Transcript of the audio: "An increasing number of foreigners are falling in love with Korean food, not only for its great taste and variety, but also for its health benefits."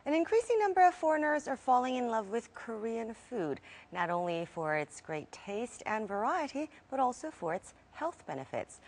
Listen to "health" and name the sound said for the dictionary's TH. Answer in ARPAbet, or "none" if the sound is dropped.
TH